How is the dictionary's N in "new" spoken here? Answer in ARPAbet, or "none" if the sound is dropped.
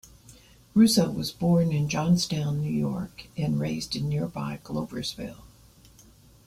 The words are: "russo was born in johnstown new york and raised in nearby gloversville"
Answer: N